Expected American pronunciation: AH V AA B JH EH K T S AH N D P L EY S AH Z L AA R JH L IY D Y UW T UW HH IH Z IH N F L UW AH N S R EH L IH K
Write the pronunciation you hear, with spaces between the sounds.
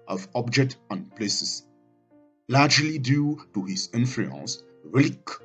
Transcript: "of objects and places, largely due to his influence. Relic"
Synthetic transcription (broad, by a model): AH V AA B JH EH K T AH N P L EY S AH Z L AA JH L IY D Y UW T UW HH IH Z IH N F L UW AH N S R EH L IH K